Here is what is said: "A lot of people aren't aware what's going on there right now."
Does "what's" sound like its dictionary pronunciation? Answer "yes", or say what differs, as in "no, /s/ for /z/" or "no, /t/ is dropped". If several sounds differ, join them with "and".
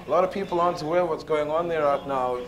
yes